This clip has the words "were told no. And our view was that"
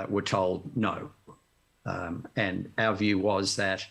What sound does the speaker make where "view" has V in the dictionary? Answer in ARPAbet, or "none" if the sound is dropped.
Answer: V